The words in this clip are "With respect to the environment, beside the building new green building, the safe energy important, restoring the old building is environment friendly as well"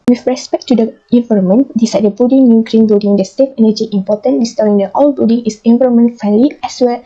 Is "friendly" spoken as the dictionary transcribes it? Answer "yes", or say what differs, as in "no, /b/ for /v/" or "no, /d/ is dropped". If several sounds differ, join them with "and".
no, /ɹ/ is dropped